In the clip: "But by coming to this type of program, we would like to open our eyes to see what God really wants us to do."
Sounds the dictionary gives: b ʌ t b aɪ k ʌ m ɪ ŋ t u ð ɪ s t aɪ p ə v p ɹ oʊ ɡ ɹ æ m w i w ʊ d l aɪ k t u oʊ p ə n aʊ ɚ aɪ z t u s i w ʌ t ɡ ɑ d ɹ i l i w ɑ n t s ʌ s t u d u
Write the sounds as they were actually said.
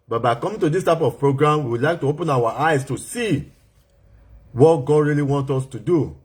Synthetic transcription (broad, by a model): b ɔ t b aɪ k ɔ m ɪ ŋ t u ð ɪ s t aɪ p ə v p ɹ oʊ ɡ ɹ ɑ m w i w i l aɪ k t u oʊ p ə n aʊ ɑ aɪ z t u s i w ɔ t ɡ ɑ d ɹ i l i w ɑ n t ɔ s t u d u